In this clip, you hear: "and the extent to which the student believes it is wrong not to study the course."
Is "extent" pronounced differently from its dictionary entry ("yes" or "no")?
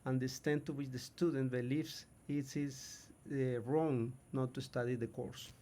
yes